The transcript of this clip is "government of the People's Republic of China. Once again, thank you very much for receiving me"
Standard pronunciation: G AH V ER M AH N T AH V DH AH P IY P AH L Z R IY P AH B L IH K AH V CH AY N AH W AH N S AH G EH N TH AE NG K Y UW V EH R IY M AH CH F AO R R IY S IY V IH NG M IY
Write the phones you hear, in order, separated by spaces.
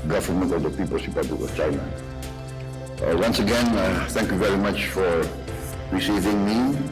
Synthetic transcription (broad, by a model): G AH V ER M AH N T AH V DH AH P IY P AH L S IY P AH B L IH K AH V CH AY N AH W AH N S AH G EH N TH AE NG K Y UW V EH R IY M AH CH F AO R R IY S IY V IH NG M IY